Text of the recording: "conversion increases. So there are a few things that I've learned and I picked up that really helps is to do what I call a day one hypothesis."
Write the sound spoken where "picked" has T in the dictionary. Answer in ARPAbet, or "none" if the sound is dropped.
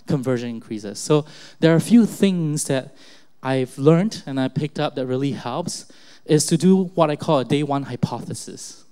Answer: T